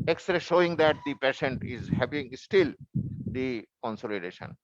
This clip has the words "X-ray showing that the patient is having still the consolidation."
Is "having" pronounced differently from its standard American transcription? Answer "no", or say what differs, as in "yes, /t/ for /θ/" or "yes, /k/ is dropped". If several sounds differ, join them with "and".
yes, /p/ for /v/